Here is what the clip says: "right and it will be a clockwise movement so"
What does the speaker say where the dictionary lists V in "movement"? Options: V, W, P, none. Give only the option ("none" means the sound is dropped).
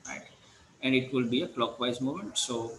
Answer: none